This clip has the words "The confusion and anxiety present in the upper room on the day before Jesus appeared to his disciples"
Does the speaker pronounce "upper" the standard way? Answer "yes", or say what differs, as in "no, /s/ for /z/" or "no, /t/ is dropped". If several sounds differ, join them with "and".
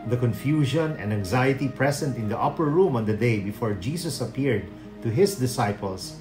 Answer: yes